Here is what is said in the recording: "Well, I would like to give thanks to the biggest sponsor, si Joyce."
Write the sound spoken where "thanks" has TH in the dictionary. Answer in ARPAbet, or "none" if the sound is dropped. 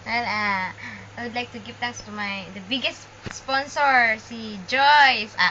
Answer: T